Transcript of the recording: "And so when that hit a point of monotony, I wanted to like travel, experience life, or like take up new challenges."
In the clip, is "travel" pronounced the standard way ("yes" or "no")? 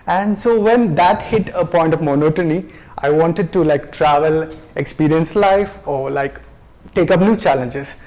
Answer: yes